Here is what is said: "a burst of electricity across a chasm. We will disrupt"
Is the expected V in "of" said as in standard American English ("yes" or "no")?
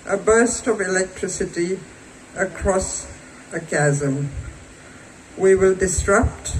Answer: yes